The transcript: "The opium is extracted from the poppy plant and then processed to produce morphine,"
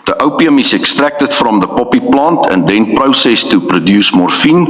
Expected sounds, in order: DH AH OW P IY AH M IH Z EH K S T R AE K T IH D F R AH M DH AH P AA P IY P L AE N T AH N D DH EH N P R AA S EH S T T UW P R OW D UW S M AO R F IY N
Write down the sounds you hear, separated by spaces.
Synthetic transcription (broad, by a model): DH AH OW P IY AH M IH S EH K S T R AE K T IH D F R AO M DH AH P AA P IY P L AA N T AH N D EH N P R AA S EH S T T UW P R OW D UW S M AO R F IY N